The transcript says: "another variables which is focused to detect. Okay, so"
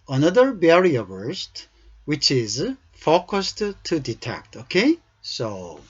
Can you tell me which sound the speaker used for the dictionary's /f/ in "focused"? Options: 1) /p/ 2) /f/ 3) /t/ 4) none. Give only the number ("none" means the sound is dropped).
2